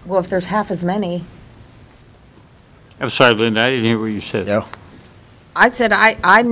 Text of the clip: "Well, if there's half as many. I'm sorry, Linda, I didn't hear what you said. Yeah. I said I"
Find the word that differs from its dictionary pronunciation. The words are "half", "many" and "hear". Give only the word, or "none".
none